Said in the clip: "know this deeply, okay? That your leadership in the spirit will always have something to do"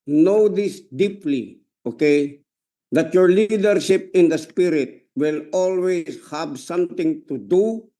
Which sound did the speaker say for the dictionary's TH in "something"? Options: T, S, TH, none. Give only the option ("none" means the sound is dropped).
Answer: T